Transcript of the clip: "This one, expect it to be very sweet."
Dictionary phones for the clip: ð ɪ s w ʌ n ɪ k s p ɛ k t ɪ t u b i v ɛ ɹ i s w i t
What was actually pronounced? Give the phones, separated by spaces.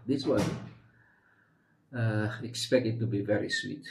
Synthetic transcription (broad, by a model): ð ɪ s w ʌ ɪ k s p ɛ k t ɪ t u b i v ɛ ɹ i s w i t